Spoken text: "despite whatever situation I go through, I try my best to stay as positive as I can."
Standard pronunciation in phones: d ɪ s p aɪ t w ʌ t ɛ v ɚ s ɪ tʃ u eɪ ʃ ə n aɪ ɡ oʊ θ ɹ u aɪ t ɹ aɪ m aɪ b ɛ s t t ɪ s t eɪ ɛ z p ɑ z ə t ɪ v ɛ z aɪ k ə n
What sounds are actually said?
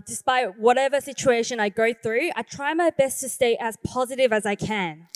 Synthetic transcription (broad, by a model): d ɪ s p aɪ t w ʌ t ɛ v ɚ s ɪ tʃ u eɪ ʃ ə n aɪ ɡ oʊ θ ɹ u aɪ t ɹ aɪ m aɪ b ɛ s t t ɪ s t eɪ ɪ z p ɑ z ə t ɪ v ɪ z aɪ k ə n